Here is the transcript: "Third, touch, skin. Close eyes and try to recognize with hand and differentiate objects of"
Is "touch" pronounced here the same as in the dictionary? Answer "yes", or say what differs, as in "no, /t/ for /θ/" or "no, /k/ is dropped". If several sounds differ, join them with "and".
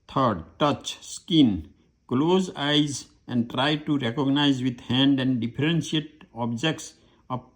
yes